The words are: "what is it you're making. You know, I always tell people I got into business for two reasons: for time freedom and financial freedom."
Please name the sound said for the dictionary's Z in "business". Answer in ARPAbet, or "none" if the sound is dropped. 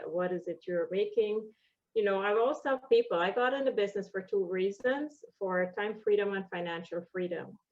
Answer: Z